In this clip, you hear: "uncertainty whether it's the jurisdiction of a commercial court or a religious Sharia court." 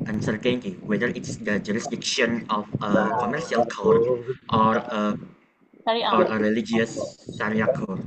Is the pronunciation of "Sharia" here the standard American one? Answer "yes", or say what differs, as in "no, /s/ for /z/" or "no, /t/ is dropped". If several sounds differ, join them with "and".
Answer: no, /s/ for /ʃ/